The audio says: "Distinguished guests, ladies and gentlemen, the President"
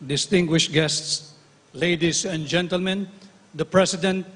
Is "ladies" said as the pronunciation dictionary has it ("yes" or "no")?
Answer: no